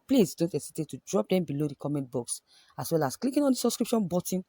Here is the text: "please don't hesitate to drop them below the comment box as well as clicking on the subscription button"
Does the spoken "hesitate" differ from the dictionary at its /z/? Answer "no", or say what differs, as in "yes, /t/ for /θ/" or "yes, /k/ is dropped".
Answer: yes, /s/ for /z/